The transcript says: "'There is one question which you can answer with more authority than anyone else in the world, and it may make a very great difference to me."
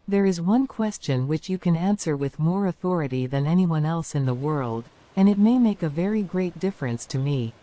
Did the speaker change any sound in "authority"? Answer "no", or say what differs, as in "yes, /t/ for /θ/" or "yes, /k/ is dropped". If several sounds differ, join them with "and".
no